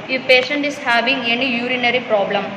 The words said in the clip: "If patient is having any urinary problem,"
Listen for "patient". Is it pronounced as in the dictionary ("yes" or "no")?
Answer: yes